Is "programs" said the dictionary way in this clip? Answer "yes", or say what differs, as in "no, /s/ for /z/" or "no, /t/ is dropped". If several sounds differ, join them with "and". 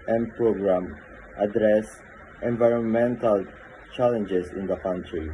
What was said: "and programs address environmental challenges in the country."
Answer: no, /z/ is dropped